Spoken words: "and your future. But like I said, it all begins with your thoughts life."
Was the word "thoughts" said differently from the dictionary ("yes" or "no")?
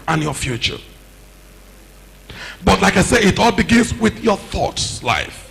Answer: no